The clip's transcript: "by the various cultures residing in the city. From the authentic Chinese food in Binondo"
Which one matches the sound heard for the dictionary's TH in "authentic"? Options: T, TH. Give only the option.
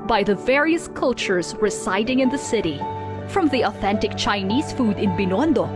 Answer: TH